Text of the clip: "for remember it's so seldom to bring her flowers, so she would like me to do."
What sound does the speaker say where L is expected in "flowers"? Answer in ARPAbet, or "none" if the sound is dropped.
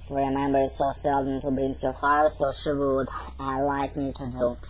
none